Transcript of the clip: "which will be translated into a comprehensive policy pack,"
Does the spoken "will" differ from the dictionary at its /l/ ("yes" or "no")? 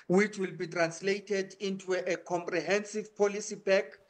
no